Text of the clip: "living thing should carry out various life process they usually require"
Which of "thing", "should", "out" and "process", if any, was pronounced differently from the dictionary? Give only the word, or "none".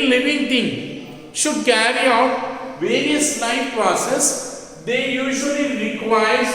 thing